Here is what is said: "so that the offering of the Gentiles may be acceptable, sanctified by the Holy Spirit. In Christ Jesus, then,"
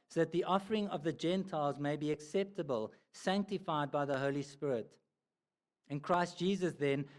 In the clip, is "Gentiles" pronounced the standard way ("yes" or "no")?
yes